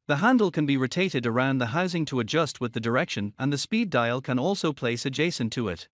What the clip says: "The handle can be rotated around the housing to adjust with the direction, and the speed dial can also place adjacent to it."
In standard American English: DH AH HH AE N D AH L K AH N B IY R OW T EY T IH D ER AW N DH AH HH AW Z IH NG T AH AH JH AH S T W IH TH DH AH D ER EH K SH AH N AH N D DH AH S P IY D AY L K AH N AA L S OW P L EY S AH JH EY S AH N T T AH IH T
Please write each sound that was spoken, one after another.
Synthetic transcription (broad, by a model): DH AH HH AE N D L K AH N B IY R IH T EY T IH D ER AW N DH AH HH AW Z IH NG T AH AH JH AH S T W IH DH AH D ER EH K SH AH N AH N DH AH S P IY D AY L K AH N AA L S OW P L EY S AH JH EY S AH N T T AH IH T